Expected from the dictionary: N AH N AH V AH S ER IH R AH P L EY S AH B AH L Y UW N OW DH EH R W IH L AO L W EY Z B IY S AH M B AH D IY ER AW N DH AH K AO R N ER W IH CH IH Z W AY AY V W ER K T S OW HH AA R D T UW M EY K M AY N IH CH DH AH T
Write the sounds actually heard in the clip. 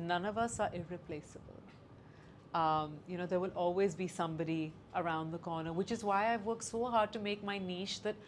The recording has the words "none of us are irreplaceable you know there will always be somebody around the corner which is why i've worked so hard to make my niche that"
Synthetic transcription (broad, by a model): N AH N AH V AH S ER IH R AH P L EY S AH B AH L Y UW N OW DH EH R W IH L AO L W EY Z B IY S AH M B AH D IY ER AW N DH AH K AO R N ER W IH CH IH Z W AY AY V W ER K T S OW HH AA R D T UW M EY K M AY N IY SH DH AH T